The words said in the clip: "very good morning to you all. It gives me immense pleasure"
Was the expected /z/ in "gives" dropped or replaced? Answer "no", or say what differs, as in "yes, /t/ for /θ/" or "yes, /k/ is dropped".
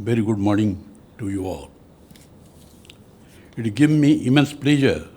yes, /z/ is dropped